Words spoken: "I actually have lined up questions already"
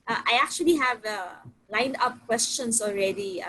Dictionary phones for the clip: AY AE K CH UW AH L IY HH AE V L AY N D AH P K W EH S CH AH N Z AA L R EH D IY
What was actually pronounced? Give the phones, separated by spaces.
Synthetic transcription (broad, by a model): AY AE K CH UW AH L IY HH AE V L AY N D AH P K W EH S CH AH N S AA L R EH D IY